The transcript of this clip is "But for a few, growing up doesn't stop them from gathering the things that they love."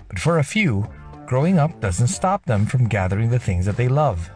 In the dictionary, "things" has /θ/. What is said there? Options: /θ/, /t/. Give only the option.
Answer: /θ/